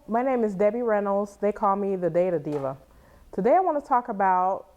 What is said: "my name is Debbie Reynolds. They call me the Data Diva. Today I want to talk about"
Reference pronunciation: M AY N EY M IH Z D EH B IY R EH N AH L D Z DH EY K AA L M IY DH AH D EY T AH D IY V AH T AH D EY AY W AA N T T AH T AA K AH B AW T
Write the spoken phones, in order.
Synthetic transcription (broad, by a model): M AY N EY M IH Z D EH B IY R EH N L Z DH EY K AA L M IY DH AH D EY T AH D IY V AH T AH D EY AY W AA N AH T AA K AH B AW T